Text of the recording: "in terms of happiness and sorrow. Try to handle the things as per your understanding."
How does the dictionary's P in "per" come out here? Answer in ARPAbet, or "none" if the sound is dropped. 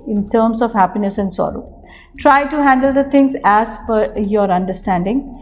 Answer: F